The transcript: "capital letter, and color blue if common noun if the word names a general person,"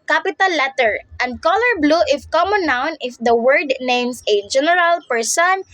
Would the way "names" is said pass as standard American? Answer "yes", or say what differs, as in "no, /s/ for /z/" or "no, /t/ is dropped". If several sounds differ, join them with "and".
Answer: no, /s/ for /z/